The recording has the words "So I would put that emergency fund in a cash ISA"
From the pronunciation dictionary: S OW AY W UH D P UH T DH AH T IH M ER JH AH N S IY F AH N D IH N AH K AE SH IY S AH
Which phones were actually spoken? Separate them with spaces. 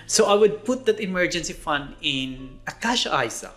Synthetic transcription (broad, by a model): S OW AY W UH D P UH T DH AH T IH M ER JH AH N S IY F AH N D IH N AH K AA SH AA S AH